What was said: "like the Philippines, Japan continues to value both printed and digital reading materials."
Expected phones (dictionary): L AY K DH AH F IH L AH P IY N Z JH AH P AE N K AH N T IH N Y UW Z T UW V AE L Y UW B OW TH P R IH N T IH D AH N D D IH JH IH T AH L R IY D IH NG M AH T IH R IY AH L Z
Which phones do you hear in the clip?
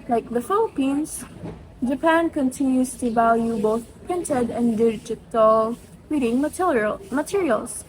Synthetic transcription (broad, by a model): L AY K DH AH F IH L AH P IY N S JH AH P AE N K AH N T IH N Y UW S T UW V AE L Y UW B OW TH P R IH N T IH D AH N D D IH JH IH T AH L R IY D IH NG M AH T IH R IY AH L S